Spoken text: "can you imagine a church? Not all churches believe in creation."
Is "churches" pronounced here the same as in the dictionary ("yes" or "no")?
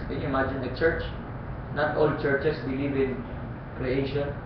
no